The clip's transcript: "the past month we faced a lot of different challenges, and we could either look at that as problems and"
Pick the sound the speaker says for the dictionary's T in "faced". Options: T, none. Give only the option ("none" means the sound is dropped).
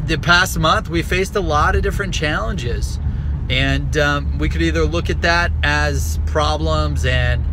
T